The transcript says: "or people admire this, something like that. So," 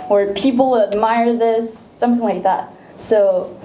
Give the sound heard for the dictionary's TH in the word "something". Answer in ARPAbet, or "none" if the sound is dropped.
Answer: TH